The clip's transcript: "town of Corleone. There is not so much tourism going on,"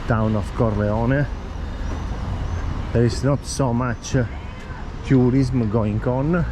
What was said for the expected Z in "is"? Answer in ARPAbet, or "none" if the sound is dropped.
S